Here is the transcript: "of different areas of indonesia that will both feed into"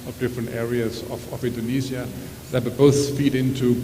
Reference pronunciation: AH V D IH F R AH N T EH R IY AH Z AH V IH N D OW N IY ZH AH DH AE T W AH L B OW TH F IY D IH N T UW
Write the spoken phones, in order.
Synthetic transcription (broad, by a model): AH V D IH F R AH N T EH R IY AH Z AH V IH N D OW N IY Z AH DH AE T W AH B OW TH F IY D IH N T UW